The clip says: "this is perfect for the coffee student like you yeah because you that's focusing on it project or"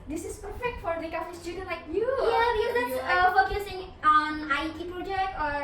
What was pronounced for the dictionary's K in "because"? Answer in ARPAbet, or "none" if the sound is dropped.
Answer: none